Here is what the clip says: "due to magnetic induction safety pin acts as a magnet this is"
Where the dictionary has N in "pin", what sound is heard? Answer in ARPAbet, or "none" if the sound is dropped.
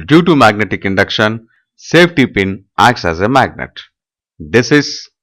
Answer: N